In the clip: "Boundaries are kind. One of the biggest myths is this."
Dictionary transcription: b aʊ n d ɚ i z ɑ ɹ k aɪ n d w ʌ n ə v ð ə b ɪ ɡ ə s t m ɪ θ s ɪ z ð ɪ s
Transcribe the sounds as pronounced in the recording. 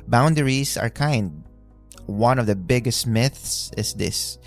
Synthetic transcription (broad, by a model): b aʊ n d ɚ i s ɑ ɹ k aɪ n d w ʌ n ə v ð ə b ɪ ɡ ə s t m ɪ θ s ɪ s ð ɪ s